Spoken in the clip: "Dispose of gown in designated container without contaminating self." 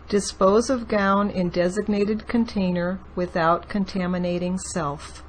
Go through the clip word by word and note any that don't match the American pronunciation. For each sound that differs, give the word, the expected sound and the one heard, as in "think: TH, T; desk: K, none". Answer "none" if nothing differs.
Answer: none